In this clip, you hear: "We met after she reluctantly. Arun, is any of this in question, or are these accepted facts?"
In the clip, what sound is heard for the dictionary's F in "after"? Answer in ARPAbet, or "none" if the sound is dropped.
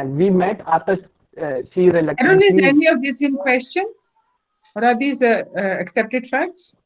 none